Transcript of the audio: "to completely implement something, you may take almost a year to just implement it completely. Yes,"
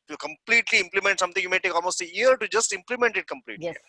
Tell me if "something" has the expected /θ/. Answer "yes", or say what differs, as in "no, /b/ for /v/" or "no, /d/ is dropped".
no, /t/ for /θ/